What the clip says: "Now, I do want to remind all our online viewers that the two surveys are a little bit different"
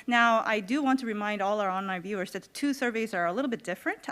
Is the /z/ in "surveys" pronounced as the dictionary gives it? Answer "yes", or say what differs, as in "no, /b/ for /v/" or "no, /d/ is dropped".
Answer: yes